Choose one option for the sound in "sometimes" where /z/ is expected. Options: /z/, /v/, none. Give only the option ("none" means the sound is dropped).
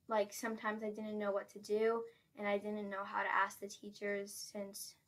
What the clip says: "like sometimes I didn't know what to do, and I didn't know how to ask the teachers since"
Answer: /z/